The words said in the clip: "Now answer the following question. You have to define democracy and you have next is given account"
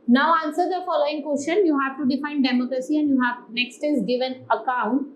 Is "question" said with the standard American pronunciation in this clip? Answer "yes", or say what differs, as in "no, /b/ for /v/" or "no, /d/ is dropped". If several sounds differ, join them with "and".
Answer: no, /ʃ/ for /tʃ/